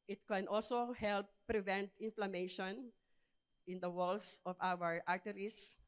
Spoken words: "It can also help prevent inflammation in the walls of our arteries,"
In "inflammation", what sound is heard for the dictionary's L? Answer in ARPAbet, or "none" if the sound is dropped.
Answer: L